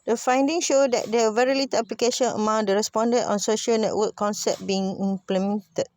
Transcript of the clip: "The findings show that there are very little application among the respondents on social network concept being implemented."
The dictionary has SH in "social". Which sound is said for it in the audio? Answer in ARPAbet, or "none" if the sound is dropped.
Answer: SH